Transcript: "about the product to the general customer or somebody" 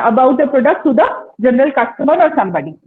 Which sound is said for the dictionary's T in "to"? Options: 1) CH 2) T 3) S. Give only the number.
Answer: 3